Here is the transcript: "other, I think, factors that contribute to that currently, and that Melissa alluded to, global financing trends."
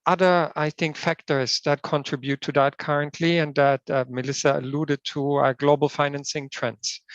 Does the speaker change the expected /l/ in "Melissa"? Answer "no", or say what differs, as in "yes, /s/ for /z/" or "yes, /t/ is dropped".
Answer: no